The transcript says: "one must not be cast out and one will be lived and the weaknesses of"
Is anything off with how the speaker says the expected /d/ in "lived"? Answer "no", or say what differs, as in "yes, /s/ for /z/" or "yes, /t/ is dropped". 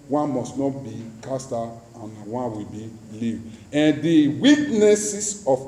yes, /d/ is dropped